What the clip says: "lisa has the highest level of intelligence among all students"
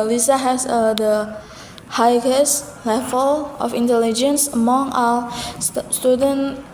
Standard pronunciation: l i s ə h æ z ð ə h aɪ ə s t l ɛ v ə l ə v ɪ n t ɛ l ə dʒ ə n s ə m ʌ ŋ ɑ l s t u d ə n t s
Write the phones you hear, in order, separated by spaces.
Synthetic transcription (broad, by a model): l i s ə h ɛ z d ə h aɪ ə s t l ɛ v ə l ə f ɪ n t ɛ l ə dʒ ə n s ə m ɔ ŋ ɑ s t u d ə n